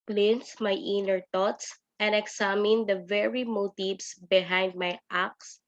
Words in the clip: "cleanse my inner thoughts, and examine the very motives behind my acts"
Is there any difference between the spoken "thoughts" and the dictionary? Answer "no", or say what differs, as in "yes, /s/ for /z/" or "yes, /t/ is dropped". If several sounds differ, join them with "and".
yes, /t/ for /θ/